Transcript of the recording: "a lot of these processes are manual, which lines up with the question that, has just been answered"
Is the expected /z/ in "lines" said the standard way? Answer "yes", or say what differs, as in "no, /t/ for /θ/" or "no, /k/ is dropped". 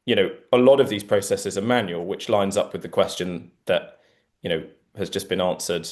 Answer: yes